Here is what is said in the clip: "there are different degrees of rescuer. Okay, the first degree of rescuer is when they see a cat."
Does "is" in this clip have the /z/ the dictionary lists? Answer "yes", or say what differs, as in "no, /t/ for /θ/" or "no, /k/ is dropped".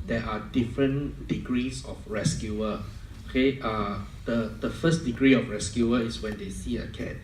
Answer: no, /s/ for /z/